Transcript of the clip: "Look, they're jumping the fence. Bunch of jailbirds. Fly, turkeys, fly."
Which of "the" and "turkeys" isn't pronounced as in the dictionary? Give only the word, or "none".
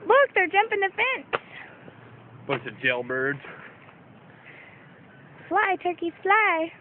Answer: turkeys